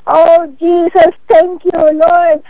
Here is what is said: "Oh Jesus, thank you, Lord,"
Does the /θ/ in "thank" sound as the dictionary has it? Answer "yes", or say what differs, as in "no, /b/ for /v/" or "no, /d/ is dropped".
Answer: no, /t/ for /θ/